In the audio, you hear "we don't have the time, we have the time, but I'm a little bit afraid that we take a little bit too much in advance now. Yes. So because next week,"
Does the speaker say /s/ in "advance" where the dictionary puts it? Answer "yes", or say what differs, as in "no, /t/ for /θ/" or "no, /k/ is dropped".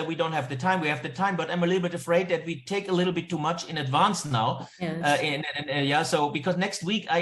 yes